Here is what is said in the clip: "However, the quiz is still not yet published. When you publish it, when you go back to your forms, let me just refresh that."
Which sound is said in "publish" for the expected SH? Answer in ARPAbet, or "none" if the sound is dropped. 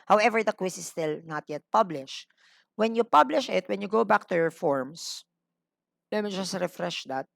SH